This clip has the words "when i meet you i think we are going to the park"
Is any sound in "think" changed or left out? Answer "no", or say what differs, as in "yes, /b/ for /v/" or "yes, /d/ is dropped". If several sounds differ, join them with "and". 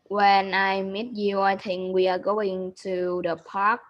yes, /t/ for /θ/